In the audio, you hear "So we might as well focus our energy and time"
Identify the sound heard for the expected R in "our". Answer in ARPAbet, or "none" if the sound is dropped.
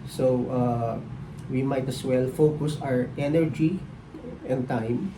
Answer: R